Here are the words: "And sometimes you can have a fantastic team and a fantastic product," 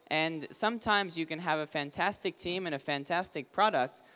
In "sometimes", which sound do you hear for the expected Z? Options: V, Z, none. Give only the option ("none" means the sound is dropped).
Z